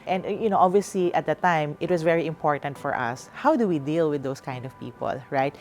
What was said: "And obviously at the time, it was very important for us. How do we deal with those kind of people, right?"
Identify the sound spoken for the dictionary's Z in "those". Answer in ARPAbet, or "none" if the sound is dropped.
S